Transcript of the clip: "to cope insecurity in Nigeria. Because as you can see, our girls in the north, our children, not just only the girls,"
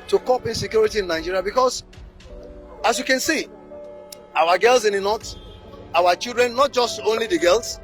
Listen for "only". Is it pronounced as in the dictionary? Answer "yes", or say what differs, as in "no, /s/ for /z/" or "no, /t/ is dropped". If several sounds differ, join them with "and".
yes